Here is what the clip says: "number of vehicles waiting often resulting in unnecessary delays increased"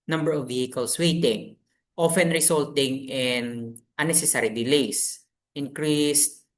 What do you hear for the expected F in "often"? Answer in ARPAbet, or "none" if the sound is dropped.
F